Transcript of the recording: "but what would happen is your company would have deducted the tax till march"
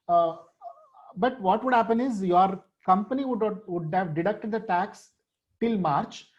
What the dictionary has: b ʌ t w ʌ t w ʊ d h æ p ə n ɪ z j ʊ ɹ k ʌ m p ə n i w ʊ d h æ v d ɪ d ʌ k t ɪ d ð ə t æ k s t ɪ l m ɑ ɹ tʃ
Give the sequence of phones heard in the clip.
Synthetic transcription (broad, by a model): b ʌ t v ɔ t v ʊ d h æ p ə n ɪ z j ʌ ɹ k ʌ m p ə n i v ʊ d h æ v d ɪ d ʌ k t ɪ d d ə t æ k s t ɪ l m ɑ ɹ tʃ